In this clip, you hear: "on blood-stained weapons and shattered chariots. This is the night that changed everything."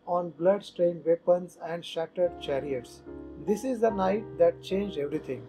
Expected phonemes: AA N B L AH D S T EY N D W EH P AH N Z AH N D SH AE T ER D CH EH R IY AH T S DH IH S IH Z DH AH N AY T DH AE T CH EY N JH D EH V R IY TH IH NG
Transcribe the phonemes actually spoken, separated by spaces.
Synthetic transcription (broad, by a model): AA N B L AH D S T EY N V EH P AH N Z AH N D SH AE T ER D CH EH R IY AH T S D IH S IH Z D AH N AY T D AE T CH EY N JH EH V R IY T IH NG